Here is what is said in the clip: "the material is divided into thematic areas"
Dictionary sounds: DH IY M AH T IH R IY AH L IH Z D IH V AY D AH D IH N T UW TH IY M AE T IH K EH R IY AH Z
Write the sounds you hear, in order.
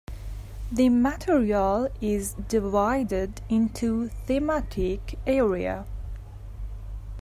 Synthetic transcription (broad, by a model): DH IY M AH T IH R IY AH L IH Z D IH V AY D AH D IH N T UW TH IY M AE T IH K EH R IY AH